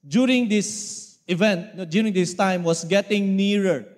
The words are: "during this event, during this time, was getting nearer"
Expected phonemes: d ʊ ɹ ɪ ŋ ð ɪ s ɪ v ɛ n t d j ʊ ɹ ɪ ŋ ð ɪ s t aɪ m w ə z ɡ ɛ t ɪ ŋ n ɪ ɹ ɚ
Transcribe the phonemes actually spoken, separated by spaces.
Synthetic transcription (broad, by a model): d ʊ ɹ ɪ ŋ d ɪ s ɪ v ɛ n t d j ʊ ɹ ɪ ŋ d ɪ s t aɪ m w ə s ɡ ɛ t ɪ ŋ n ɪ ɹ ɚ